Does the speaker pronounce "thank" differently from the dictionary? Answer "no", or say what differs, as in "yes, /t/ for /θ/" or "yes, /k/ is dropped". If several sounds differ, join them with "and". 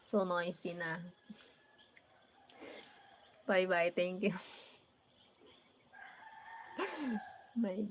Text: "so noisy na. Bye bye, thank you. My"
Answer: yes, /t/ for /θ/